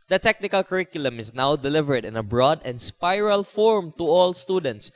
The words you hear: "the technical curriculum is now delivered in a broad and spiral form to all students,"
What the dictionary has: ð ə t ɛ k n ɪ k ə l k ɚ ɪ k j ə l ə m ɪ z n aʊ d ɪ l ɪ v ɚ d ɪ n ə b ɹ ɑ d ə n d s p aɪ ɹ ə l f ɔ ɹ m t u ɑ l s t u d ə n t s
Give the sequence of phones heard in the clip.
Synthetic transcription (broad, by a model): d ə t ɛ k n ɪ k ə l k ɚ ɪ k j ə l ə m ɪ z n aʊ d ɪ l ɪ v ɚ d ɪ n ə b ɹ ɑ d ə n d s p aɪ ɹ ə l f ɔ ɹ m t u ɑ l s t u d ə n t s